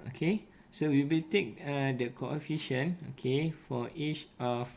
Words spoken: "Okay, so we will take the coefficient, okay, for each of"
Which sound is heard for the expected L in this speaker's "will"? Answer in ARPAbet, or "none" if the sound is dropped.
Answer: L